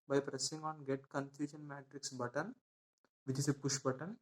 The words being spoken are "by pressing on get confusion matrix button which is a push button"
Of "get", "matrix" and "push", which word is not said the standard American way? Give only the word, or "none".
none